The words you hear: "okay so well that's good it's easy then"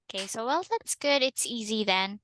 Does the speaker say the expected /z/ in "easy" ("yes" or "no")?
yes